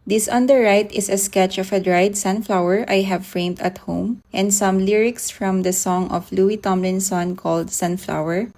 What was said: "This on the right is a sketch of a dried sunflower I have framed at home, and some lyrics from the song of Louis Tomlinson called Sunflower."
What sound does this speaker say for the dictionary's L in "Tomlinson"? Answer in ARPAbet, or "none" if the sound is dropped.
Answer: L